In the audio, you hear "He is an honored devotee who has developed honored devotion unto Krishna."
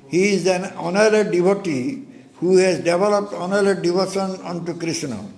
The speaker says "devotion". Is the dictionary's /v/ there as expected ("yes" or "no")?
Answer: no